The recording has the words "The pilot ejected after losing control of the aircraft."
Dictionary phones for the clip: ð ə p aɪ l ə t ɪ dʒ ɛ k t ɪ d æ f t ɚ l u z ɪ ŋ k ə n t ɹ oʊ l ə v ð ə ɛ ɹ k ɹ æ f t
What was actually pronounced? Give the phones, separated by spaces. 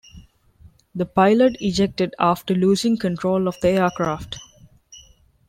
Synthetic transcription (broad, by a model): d ə p aɪ l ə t ɪ dʒ ɛ k t ɪ d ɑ f t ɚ l u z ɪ ŋ k ə n t ɹ oʊ l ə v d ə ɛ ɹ k ɹ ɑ f t